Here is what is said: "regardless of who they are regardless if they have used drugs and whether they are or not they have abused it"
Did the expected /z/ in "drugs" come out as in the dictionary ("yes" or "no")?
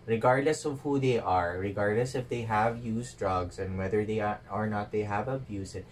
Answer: no